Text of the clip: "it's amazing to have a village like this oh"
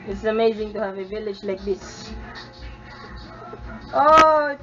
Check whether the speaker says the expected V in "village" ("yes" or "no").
yes